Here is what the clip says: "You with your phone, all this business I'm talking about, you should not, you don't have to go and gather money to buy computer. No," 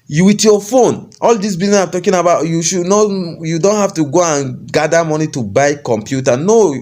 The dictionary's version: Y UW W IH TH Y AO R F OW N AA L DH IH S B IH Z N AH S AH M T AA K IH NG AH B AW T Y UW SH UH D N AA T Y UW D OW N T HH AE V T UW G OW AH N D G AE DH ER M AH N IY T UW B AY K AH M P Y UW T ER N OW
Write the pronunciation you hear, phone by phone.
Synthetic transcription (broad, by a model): Y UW W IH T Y AO F OW N AA L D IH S B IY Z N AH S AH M T AA K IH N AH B AW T Y UW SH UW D N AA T Y UW D OW N T HH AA F T UW G OW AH N G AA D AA M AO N IY T UW B AY K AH M P Y UW T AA N OW